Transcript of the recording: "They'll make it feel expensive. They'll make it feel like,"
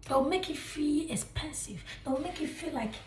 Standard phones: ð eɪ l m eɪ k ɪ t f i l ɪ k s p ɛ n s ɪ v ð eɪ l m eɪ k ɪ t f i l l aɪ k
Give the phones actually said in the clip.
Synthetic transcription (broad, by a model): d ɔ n m eɪ k ɪ t f i l ɪ k s p ɛ n s ɪ v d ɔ n m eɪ k ɪ t f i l l aɪ k